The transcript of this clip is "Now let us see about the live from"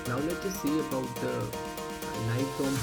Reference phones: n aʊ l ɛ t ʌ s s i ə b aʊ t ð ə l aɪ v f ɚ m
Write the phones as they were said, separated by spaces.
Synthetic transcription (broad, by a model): n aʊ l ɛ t ʌ s s i ə b aʊ t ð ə n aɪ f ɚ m